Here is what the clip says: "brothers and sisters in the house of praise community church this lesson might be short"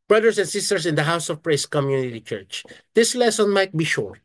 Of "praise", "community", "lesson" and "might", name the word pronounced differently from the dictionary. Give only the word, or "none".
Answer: praise